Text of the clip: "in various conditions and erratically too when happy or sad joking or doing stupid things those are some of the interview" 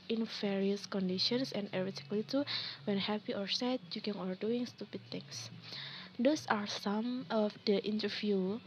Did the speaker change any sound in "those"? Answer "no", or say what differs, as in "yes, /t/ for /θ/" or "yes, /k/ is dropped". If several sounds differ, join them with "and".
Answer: yes, /s/ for /z/